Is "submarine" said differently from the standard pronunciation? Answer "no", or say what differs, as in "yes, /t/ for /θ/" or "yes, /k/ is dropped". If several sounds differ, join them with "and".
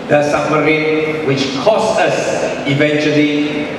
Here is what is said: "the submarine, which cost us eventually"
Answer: yes, /b/ is dropped